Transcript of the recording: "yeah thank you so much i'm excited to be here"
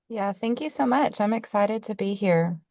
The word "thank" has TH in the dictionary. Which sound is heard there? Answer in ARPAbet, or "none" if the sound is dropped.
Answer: TH